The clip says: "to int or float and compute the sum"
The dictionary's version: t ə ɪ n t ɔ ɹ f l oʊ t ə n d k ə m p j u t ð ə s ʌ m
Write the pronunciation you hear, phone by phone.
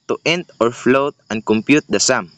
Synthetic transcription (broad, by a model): t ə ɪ n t ɔ ɹ f l oʊ t ə n d k ə m p j u t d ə s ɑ m